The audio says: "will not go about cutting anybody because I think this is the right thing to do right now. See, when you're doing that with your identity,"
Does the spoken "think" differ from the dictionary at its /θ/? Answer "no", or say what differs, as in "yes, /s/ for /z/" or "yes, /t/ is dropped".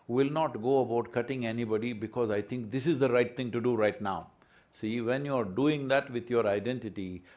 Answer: yes, /t/ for /θ/